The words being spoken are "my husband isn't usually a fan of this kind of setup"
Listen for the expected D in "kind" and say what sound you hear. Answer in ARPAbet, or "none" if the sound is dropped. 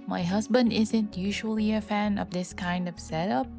D